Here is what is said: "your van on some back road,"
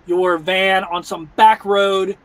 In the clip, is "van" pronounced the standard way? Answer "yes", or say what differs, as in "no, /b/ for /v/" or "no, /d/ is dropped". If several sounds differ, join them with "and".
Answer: yes